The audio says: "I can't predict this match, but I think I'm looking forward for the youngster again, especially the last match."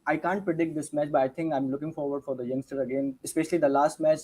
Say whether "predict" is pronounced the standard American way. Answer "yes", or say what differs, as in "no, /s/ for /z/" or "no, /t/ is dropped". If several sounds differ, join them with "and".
yes